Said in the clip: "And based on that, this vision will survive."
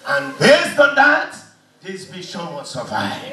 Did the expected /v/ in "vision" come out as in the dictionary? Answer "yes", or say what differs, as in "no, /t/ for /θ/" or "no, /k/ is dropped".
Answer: no, /b/ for /v/